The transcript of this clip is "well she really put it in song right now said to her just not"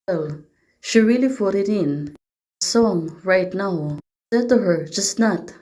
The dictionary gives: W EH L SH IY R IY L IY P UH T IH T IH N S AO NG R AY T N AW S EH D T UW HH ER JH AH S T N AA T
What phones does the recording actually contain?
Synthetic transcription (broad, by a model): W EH L SH IY R IY L IY F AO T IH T IH N S AO NG R AY T N AW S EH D T UW HH ER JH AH S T N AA T